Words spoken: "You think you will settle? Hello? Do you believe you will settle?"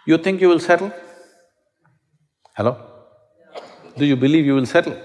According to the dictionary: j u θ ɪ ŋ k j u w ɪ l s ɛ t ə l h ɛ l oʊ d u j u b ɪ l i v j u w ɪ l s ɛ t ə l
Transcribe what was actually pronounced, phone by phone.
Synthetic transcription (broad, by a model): j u t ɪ ŋ k j u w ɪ l s ɛ t ə l h ɛ l oʊ d u j u b ɪ l i v j u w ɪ l s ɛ t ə l